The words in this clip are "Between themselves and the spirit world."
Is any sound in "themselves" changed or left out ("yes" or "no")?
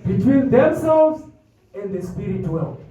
no